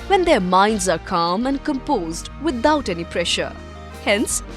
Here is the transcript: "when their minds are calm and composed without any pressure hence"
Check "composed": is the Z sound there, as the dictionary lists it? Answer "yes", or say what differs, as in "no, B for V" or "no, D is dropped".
yes